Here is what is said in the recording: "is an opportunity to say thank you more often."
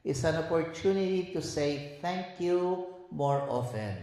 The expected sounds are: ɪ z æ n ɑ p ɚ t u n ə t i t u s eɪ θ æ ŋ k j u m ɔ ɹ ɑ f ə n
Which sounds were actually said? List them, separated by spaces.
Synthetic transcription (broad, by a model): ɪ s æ n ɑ p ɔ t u n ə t i t u s eɪ t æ ŋ k j u m ɔ ɹ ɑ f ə n